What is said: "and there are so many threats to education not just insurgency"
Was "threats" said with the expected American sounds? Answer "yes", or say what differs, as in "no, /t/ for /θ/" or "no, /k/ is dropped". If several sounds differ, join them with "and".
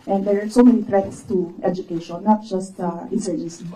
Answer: no, /t/ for /θ/